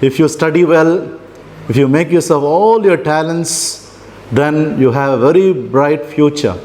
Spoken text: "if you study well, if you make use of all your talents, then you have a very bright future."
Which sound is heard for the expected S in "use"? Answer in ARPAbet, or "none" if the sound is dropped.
S